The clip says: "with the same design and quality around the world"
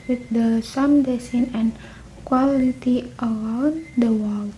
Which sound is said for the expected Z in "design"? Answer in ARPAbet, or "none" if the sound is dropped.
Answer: S